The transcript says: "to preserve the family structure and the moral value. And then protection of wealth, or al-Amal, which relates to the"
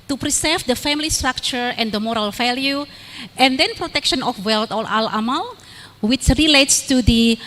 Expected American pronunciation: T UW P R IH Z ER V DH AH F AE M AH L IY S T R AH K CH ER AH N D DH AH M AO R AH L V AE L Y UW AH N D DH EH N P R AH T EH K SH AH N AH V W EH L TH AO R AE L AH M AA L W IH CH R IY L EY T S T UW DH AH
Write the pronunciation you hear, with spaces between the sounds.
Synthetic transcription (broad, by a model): T UW P R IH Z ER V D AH F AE M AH L IY S T R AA K CH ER AH N D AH M AO R AH L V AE L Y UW AH N D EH N P R AH T EH K SH AH N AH F W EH L T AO L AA L AH M AA L W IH CH R IY L EY T S T UW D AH